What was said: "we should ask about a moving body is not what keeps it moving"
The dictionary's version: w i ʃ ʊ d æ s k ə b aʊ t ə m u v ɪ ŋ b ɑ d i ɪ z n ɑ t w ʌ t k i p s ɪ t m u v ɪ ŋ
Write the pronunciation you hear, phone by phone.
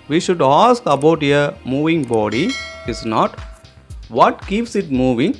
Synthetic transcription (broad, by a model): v i ʃ ʊ d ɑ s k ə b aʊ t ə m u v ɪ ŋ b ɑ d i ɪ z n ɑ t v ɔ t k i p s ɪ t m u v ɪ ŋ